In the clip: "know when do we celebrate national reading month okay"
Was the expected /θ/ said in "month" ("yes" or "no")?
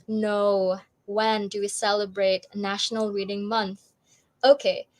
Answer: yes